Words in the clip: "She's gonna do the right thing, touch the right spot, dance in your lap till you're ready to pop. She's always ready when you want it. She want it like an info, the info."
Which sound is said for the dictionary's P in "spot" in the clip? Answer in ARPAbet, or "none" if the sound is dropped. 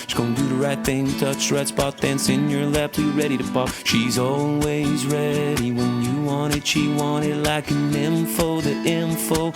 B